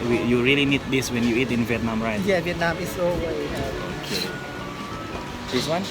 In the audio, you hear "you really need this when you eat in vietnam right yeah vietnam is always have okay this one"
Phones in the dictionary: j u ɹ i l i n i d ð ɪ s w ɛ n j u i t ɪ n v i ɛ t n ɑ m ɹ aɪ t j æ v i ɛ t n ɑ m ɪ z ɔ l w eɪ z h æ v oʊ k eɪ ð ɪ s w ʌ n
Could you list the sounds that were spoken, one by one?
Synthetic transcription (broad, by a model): j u ɹ i l i n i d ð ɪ s w ɛ n j u i t ɪ n v i ɛ t n ɑ m ɹ aɪ t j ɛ v i ɛ t n ɑ m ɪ s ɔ w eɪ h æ oʊ k eɪ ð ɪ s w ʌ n